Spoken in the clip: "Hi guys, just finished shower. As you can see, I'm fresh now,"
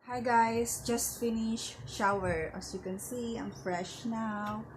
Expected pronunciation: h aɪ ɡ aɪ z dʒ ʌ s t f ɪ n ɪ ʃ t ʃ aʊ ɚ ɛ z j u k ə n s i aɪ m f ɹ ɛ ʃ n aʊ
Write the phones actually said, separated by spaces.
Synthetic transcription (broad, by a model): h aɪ ɡ aɪ s dʒ ʌ s t f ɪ n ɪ ʃ ʃ aʊ ɚ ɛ s j u k ə n s i aɪ m f ɹ ɛ ʃ n aʊ